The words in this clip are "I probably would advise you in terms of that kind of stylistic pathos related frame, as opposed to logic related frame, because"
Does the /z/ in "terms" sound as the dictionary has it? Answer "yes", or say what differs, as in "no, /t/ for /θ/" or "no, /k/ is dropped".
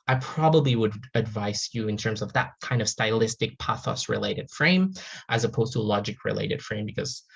yes